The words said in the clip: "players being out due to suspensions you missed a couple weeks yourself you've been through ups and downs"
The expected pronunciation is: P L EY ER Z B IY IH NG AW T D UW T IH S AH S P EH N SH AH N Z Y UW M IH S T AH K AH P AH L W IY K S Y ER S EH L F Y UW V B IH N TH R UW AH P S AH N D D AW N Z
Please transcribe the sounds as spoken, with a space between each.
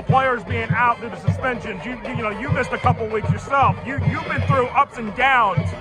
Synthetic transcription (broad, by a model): P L EY ER Z B IY IH NG AW T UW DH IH S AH S P EH N SH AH N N Y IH M IH S T AH K AH P L W IY K S Y ER S EH L F Y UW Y B IH N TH R UW AH P S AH N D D AW N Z